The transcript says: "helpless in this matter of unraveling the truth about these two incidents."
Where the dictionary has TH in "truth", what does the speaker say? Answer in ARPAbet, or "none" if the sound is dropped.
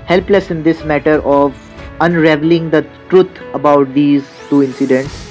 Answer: T